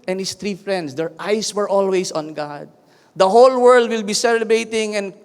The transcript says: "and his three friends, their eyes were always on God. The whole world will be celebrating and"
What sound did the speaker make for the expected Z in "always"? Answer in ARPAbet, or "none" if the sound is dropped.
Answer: S